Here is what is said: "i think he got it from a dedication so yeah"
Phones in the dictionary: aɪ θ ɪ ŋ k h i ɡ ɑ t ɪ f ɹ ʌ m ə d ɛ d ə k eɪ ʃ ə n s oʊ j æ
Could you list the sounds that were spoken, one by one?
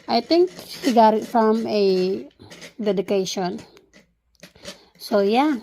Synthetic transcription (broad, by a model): aɪ t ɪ ŋ k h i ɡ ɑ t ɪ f ɹ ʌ m ə d ɛ d ə k eɪ ʃ ə n s oʊ j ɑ